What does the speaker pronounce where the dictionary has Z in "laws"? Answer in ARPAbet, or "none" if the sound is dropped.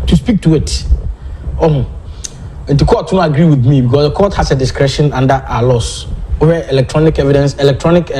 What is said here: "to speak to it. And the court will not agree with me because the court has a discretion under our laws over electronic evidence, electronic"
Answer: S